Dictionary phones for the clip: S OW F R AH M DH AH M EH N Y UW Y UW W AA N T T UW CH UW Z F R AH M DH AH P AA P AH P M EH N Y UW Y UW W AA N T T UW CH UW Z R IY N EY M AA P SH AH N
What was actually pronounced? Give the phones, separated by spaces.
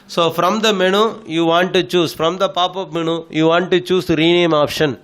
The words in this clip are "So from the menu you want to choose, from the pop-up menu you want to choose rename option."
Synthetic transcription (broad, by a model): S OW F R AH M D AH M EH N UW Y UW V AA N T T UW CH UW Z F R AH M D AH P AA P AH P M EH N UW Y UW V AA N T T UW CH UW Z R IY N EY M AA P SH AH N